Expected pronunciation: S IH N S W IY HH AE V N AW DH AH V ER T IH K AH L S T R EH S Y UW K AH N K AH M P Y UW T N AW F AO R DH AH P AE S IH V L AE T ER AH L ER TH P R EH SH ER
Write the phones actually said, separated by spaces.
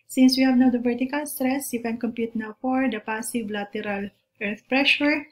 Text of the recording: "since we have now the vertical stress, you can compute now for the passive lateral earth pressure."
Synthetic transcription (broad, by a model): S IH N S W IY HH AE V N AW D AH V ER T IH K AH L S T R EH S Y UW K AH N K AH M P Y UW T N AW F AO R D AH P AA S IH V L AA T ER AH L ER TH P R EH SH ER